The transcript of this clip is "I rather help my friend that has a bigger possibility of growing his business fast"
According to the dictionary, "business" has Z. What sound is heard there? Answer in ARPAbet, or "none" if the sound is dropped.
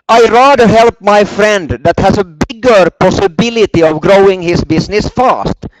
S